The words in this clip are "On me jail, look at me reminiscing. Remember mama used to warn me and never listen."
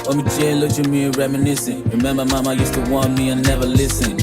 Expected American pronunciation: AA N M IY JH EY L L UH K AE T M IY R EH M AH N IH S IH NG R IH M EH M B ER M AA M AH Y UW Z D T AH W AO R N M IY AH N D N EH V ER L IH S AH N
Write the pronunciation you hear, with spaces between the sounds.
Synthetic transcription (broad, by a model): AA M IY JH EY N L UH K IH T M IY R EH M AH N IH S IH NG R IH M EH M B ER M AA M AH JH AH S T AH W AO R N M IY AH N N EH V ER L IH S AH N